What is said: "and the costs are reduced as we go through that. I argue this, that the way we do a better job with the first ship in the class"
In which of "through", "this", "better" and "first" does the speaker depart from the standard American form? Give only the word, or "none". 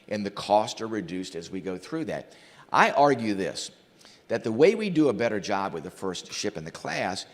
none